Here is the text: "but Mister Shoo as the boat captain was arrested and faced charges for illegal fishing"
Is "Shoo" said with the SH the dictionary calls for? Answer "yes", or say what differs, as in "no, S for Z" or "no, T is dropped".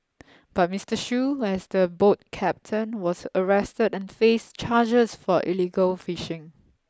yes